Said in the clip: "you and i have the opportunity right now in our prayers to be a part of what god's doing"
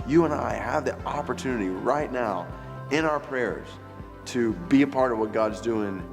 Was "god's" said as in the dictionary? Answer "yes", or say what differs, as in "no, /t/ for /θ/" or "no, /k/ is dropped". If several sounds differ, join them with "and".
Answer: yes